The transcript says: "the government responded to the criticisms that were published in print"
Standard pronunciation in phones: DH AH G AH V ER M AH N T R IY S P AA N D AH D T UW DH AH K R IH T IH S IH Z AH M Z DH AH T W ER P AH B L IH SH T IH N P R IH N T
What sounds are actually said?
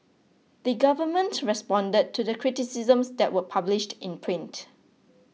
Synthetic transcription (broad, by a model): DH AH G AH V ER M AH N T R IY S P AA N D AH D T UW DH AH K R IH T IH S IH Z AH M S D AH T W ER P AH B L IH SH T IH N P R IH N T